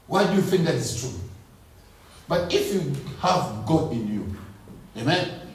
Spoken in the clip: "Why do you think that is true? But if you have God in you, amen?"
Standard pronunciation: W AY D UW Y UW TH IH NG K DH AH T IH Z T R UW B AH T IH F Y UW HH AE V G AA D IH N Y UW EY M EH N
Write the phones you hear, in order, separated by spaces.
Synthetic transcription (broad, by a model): W AY D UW Y UW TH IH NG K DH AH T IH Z T R UW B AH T IH F Y UW HH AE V G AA IH N Y UW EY M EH N